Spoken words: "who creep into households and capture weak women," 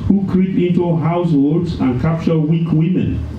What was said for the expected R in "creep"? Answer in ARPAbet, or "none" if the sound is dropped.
R